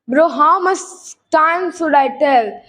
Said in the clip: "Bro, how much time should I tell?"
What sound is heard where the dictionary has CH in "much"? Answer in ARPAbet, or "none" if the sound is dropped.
S